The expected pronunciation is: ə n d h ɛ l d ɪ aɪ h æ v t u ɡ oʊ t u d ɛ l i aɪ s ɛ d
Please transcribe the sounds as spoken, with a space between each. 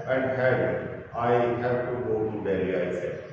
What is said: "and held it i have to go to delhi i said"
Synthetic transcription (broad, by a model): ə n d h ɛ d ɪ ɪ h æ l t u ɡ oʊ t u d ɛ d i aɪ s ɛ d